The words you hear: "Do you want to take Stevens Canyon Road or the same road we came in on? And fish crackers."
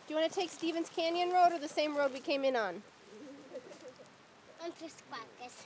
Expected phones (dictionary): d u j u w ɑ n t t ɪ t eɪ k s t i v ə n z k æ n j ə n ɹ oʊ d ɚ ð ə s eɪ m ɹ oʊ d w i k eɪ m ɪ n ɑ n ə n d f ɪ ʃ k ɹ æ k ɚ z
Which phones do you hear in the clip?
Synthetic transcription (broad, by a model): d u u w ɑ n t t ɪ t eɪ k s t i v ə n z k æ n j ə n ɹ oʊ d ɚ ð ə s eɪ m ɹ oʊ d w i k eɪ m ɪ n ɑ n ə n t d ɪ s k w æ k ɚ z